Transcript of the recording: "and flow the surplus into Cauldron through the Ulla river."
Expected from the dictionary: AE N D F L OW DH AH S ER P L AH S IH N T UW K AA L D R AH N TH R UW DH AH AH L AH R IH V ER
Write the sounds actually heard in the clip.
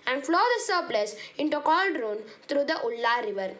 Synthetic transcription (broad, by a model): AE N D F L OW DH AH S ER P L AH S IH N T UW K AA L D R AH N T R UW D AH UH L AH R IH V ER